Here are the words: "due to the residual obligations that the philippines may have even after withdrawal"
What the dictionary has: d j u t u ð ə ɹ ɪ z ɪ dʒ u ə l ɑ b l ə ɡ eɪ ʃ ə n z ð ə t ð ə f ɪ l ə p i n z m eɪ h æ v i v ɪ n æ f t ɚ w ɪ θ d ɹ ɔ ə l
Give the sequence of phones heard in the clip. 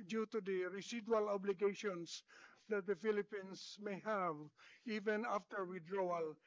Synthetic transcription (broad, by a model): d j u t u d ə ɹ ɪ s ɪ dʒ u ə l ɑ b l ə ɡ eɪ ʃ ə n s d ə t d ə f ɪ l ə p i n s m eɪ h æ v i v ɪ n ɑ f t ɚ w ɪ d ɹ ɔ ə l